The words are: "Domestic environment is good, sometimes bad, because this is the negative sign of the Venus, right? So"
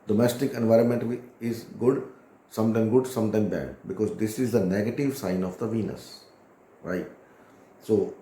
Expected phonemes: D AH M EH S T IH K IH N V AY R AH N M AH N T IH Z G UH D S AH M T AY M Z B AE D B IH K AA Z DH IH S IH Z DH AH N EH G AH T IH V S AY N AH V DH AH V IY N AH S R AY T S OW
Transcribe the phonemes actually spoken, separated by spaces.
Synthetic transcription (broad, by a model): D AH M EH S T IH K IH N V AY R AH N M AH N T IH Z G UH D S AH M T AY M S B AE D B IH K AA Z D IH S IH Z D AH N EH G AH T IH V S AY N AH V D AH V IY N AH S R AY T S OW